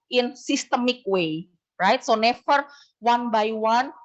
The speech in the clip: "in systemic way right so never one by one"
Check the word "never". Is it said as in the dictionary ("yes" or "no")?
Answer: no